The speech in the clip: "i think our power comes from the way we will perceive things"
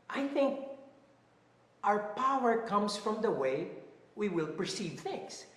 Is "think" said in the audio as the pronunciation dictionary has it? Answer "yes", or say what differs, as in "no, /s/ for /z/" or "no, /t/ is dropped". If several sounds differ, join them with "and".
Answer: yes